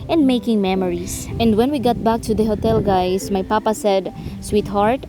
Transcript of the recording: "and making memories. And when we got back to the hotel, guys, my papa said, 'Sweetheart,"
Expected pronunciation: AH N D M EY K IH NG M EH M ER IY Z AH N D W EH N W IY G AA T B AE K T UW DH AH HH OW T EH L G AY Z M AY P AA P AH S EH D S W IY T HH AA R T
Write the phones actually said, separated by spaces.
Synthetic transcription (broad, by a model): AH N D M EY K IH NG M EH M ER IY S AH N D W EH N W IY G AA T B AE K T UW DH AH HH OW T EH L G AY S M AY P AA P AH S EH D S W IY T HH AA R T